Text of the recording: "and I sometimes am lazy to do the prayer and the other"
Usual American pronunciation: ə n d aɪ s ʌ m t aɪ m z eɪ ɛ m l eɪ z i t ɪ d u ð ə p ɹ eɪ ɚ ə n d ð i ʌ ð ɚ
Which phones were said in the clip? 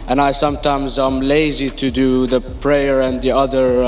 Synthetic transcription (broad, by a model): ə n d aɪ s ʌ m t aɪ m z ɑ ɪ m l eɪ z i t ɪ d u ð ə p ɹ eɪ ɚ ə n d ð i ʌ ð ɚ